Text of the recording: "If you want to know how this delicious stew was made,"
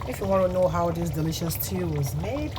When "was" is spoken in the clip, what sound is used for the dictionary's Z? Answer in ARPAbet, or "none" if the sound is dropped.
Z